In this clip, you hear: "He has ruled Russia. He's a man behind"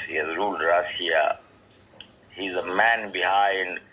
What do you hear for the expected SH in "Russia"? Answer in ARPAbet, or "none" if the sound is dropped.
none